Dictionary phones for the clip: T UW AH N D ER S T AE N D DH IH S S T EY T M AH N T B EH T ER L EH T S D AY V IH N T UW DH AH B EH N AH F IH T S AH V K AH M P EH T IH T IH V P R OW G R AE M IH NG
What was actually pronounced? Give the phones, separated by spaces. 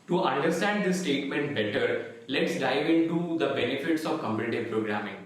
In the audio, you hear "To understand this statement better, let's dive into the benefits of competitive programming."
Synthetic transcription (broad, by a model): T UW AH N D ER S T AE N D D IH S S T EY T M AH N T B EH T ER L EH T S D AY V IH N T UW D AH B EH N AH F IH T S AH V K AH M B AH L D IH P R OW G R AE M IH NG